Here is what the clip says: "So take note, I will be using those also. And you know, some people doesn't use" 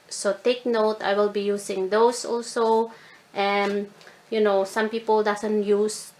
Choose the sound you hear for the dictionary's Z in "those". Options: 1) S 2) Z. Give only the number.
1